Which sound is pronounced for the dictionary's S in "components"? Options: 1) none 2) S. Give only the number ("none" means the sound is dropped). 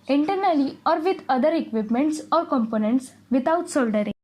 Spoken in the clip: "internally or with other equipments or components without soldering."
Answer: 2